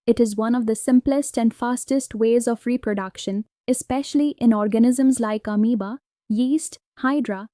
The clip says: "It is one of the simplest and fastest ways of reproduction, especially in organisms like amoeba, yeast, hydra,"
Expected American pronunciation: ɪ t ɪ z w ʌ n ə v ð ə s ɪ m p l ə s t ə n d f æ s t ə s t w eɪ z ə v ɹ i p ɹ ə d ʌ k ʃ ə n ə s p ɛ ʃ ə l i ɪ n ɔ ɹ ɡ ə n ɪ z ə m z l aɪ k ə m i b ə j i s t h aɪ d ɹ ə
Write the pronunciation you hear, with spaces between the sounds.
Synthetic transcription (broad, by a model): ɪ t ɪ z w ʌ n ə v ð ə s ɪ m p l ə s t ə n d f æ s t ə s t w eɪ z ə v ɹ i p ɹ ə d ʌ k ʃ ə n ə s p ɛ ʃ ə l i ɪ n ɔ ɹ ɡ ə n ɪ z ə m z l aɪ k ə m i b ə j i s t h aɪ d ɹ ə